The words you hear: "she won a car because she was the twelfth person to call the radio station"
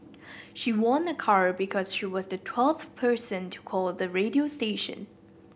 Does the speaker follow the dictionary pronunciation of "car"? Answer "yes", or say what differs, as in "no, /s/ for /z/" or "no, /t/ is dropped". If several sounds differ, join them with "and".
yes